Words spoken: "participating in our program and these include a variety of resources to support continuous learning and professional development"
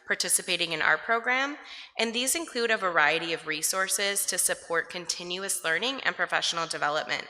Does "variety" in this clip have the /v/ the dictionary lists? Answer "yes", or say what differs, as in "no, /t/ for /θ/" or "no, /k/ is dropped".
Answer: yes